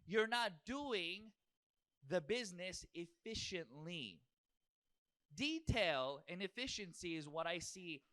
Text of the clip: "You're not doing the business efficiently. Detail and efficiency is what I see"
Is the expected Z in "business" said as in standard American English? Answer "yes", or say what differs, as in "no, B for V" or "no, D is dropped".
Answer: yes